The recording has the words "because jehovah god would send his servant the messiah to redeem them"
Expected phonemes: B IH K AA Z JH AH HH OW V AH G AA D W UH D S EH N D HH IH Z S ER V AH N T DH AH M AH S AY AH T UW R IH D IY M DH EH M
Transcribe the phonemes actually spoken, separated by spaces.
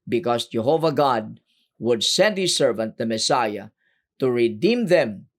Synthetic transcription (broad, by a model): B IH K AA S JH AH HH OW V AH G AA D W UH D S EH N D HH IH S ER V AH N T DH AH M AH S AY AH T UW R IH D IY M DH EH M